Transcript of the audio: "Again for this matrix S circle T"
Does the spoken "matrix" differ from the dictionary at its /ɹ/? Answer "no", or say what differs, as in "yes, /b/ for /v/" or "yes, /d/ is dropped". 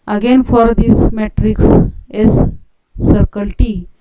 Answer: no